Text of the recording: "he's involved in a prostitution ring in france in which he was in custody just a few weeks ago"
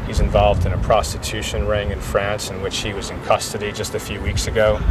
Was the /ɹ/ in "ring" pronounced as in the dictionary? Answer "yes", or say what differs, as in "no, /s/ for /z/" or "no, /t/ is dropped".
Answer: yes